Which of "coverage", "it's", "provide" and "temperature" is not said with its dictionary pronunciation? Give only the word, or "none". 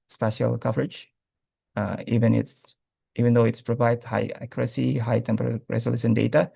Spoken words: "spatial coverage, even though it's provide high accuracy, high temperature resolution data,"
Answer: temperature